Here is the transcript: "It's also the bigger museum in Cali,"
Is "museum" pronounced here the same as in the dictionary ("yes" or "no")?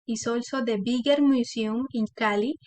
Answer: no